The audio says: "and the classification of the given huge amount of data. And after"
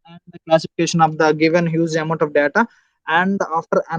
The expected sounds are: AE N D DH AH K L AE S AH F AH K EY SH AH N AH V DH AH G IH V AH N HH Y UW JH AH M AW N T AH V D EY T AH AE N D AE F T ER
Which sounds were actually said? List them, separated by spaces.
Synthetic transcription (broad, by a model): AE N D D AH K L AE S AH F AH K EY SH AH N AH V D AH G IH V AH N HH Y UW Z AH M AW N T AH V D EY T AH AE N D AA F T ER